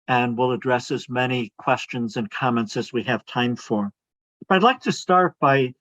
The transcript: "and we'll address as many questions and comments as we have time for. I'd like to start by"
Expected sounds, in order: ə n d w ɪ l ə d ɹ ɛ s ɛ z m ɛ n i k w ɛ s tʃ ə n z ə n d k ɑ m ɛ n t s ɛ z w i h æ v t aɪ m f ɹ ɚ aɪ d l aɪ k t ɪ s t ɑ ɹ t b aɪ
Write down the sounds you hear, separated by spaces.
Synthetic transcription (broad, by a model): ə n w ɪ l ə d ɹ ɛ s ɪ z m ɛ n i k w ɛ s tʃ ə n z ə n k ɑ m ɛ n t s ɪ z w i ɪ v t aɪ m f ɹ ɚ aɪ d l aɪ k t ɪ s t ɑ ɹ t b aɪ